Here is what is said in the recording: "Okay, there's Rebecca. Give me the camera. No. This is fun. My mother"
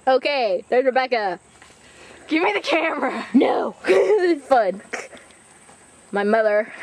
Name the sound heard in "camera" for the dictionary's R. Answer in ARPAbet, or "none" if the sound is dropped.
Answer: R